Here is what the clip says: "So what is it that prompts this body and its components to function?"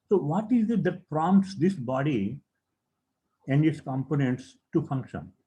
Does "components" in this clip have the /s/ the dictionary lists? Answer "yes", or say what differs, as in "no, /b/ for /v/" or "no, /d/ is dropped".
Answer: yes